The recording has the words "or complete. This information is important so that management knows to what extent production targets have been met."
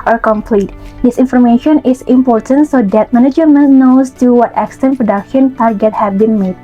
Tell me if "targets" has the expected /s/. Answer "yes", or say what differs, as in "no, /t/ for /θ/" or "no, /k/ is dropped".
no, /s/ is dropped